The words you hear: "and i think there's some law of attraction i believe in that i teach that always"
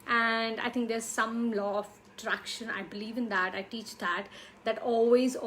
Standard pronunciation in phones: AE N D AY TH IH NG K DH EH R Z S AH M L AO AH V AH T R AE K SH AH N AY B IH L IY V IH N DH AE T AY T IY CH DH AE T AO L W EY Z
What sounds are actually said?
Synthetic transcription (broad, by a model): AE N D AY T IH NG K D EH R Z S AH M L AO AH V AH T R AE K SH AH N AY B IH L IY V IH N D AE T AY T IY CH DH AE T AO L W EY Z